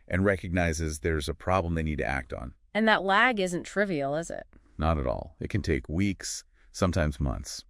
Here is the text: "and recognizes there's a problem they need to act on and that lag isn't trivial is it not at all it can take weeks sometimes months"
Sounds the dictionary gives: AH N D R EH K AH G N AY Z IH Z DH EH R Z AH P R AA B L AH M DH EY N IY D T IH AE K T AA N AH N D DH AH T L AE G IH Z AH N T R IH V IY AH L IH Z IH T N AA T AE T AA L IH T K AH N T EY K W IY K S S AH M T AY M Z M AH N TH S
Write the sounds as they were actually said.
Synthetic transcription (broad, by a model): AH N R EH K AH G N AY Z IH Z DH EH R Z AH P R AA B L AH M DH EY N IY D T IH AE K T N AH N DH AH T L AE G IH Z AH N T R IH V IY L IH Z IH T N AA T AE T AA L IH T K AH N T EY K W IY K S S AH M T AY M Z M AH N TH S